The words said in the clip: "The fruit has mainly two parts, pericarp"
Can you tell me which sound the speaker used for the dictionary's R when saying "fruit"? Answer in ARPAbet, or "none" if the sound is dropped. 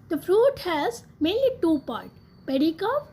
R